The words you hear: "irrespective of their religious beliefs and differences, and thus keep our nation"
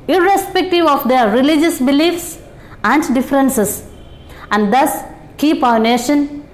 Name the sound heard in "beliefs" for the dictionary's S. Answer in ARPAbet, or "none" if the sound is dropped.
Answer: S